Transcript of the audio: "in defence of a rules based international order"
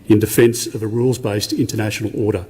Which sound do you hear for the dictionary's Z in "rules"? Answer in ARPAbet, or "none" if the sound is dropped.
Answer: Z